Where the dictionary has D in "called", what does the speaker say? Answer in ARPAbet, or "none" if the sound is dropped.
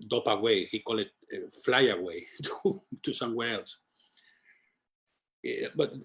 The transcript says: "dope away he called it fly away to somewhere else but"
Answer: none